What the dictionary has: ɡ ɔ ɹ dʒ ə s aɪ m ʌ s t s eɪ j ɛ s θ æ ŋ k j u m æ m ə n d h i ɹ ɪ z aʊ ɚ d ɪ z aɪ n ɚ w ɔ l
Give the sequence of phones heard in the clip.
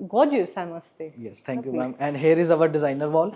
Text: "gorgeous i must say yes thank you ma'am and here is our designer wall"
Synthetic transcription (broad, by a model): ɡ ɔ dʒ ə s aɪ m ʌ s t s eɪ j ɛ s t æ k j u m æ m ə n d h i ɹ ɪ z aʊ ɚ d ɪ z aɪ n ɚ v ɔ l